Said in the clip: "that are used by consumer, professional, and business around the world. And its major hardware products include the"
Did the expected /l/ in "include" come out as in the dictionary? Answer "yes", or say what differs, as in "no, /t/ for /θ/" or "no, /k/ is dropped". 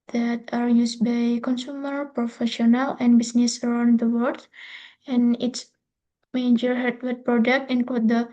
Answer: no, /l/ is dropped